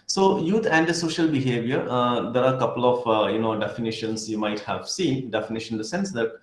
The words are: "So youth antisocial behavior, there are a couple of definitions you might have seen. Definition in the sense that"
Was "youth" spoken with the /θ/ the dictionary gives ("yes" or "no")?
no